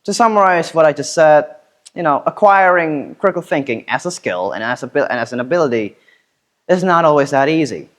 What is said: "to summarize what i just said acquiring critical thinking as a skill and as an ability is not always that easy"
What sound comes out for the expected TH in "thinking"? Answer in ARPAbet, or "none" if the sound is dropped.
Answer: TH